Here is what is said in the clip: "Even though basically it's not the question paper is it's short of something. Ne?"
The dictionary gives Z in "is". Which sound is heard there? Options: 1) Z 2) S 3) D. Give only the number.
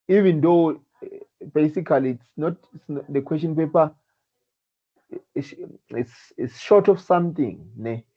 2